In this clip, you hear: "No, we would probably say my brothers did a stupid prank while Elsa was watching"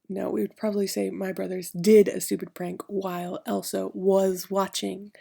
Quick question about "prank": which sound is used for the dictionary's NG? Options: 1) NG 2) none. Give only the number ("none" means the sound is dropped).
1